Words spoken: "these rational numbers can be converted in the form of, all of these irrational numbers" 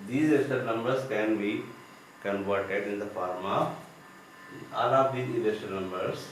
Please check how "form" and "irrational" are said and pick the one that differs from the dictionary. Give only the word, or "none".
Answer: irrational